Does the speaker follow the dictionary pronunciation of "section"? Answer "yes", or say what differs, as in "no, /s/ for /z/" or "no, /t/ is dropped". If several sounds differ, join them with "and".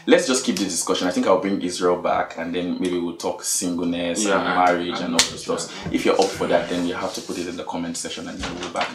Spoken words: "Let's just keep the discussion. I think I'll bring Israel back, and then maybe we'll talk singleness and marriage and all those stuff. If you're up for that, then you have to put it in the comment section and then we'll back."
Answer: no, /k/ is dropped